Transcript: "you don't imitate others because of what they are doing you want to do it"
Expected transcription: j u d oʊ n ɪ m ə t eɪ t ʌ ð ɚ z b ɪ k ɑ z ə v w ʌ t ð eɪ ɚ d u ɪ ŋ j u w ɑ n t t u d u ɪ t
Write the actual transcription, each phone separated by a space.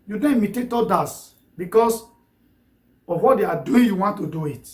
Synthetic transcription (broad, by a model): j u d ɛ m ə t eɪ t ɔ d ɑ s b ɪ k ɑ s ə f w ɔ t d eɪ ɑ d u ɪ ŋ j u w ɑ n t t u d u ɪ t